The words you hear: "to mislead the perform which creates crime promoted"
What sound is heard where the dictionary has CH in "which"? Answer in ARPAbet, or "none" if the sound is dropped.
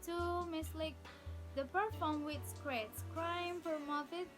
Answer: S